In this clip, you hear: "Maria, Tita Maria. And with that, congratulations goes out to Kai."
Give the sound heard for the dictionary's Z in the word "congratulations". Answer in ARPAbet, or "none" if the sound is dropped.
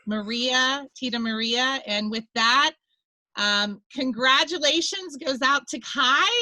Z